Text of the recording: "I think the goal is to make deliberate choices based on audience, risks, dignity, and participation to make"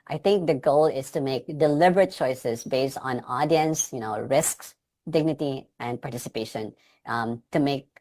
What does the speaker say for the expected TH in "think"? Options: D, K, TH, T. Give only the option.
T